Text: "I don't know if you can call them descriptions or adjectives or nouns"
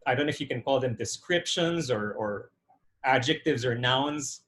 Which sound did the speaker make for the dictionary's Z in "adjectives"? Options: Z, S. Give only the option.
Z